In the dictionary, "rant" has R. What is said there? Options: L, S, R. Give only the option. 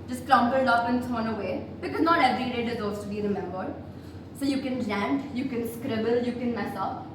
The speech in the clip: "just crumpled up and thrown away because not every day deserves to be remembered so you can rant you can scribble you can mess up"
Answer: L